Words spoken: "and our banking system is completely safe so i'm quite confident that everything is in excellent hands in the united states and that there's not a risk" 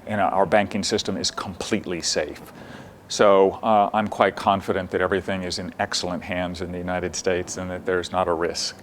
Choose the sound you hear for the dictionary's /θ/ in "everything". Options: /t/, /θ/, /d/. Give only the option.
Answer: /θ/